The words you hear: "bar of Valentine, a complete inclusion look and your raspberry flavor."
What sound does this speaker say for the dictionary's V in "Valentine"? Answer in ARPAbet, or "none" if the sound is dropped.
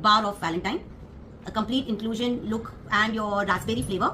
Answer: V